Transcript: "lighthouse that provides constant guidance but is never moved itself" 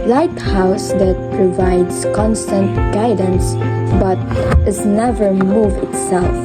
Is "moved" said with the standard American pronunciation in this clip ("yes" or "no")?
no